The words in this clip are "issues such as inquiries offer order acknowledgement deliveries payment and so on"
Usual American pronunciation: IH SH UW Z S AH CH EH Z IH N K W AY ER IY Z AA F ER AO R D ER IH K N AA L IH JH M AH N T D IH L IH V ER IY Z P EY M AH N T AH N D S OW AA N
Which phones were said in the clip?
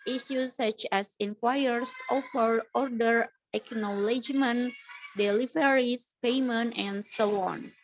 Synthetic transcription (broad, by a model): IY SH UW S AH CH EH S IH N K W AY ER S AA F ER AO R D ER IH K N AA L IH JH M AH N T D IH L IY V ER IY S P EY M AH N T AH N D S OW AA N